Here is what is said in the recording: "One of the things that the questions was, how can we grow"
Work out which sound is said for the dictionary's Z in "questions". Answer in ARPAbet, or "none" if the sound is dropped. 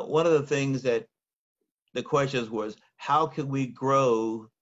Z